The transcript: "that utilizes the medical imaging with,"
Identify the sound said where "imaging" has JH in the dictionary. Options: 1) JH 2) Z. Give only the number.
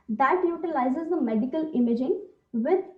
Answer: 1